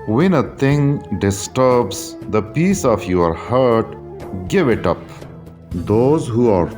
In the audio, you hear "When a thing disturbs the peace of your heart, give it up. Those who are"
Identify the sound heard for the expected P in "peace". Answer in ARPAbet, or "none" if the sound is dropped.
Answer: P